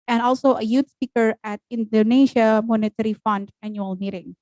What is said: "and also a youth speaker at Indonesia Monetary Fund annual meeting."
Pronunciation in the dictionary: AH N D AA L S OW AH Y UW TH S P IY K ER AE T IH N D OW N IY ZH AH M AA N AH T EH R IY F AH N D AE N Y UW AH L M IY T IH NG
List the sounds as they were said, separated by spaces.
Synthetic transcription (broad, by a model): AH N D AA L S OW AH Y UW T S P IY K ER AE T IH N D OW N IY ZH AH M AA N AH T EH R IY F AH N D AE N Y UW AH L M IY T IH NG